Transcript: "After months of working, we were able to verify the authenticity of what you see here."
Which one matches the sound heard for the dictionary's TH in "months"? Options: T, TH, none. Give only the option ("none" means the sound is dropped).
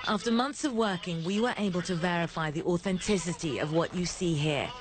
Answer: TH